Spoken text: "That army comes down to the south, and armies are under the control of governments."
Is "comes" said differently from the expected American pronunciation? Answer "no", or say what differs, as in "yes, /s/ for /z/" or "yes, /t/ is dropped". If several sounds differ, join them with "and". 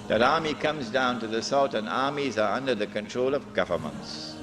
no